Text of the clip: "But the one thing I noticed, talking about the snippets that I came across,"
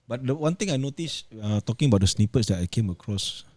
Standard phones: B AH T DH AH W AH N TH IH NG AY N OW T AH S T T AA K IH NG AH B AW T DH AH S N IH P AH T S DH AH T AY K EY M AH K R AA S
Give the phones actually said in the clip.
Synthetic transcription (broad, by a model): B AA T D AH W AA N T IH NG AY N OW T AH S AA T AA K IH NG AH B AW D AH S N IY P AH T S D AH T AY K EY M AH K R AA S